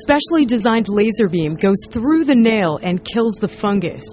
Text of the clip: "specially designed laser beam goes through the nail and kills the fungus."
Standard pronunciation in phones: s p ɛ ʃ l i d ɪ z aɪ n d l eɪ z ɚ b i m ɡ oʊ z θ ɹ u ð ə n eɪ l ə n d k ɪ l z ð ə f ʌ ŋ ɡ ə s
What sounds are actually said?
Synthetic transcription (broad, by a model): s p ɛ ʃ l i d ɪ z aɪ n d l eɪ z ɚ b i m ɡ oʊ z θ ɹ u ð ə n eɪ l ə n k ɪ l z ð ə f ʌ ŋ ɡ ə s